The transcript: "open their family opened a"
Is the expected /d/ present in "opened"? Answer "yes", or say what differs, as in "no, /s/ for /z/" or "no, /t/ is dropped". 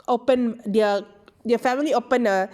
no, /d/ is dropped